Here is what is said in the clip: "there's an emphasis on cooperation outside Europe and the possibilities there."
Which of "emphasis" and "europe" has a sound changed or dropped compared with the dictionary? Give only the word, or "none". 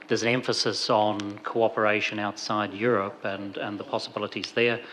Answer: none